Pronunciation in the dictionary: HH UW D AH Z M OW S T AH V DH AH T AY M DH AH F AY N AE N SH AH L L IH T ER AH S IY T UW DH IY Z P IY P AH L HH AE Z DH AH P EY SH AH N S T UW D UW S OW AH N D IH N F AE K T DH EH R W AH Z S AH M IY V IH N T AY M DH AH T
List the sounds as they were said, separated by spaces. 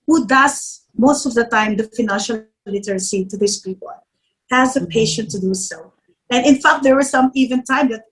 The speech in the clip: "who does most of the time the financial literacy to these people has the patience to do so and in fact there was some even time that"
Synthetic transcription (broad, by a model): HH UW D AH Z M OW S T AH V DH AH T AY M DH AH F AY N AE N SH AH L L IH T ER AH S IY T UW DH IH S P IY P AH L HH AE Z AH P EY SH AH N T UW D UW S OW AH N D IH N F AE K T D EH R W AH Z S AH M IY V IH N T AY M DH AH T